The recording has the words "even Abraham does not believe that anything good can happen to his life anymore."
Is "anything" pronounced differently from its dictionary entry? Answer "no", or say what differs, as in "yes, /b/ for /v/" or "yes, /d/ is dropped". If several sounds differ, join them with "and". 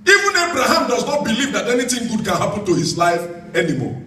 yes, /t/ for /θ/